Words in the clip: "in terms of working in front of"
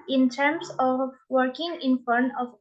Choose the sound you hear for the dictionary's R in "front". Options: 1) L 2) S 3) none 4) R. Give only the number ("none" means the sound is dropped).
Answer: 3